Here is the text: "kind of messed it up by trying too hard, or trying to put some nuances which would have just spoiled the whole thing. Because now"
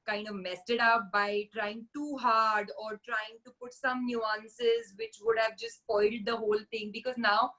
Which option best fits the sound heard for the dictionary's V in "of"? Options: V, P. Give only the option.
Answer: V